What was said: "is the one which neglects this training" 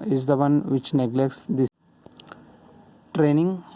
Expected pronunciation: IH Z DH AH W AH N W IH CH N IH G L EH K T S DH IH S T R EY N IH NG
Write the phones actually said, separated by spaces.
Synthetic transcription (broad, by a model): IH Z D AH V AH N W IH CH N IH G L EH K T S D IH T R EY N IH NG